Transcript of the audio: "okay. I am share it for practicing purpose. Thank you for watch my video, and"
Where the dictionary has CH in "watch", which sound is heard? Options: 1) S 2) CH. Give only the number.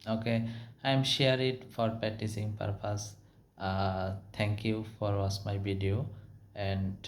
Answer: 1